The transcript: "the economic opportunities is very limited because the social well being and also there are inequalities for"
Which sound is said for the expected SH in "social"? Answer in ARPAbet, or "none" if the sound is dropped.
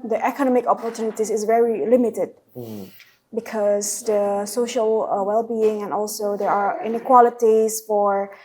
SH